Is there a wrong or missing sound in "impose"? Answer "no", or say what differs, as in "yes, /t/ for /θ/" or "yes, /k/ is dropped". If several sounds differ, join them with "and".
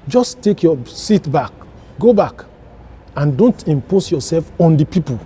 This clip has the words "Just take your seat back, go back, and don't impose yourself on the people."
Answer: yes, /s/ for /z/